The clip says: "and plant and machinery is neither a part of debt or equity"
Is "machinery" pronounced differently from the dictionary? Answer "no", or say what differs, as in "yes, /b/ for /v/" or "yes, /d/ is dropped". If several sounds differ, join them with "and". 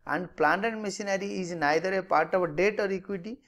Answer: yes, /s/ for /ʃ/